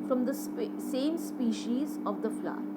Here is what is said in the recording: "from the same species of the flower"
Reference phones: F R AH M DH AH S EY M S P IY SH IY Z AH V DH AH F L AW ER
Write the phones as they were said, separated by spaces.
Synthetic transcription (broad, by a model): F R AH M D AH S EY M S P IY SH IY Z AH V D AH F L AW